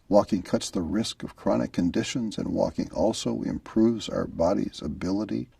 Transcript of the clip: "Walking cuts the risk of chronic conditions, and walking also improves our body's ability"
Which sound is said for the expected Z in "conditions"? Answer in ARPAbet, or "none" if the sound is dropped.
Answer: Z